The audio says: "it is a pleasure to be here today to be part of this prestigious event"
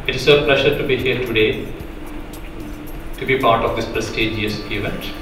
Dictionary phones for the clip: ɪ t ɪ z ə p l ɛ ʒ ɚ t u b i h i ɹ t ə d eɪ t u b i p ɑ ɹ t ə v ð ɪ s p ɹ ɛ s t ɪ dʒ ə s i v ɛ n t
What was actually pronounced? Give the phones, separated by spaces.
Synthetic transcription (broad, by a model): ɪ t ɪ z ə p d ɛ ʃ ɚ t u b i h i ɹ t ə d eɪ t u b i p ɑ ɹ t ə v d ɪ s p ɹ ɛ s t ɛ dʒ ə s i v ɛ n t